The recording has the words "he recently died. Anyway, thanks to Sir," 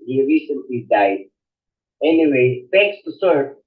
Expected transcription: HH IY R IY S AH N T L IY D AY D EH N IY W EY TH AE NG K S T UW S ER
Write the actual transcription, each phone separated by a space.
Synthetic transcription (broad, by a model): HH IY R IY S AH N T L IY D AY D EH N IY W EY F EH K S T UW S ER